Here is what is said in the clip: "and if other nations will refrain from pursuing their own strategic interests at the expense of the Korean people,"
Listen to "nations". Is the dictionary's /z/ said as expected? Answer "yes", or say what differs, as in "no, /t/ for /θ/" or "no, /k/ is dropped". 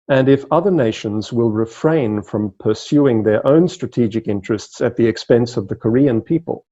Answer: yes